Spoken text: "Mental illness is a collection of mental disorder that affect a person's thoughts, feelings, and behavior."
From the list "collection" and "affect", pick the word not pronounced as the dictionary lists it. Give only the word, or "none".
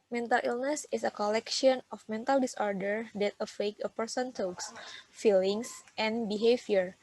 affect